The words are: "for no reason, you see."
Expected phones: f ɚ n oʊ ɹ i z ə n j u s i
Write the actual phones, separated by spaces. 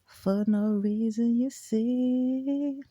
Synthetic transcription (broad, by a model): f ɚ n oʊ ɹ i z ə n j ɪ s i